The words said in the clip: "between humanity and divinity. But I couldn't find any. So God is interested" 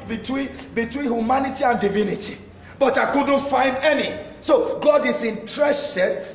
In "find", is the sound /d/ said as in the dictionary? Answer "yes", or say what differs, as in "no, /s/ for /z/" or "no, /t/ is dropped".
yes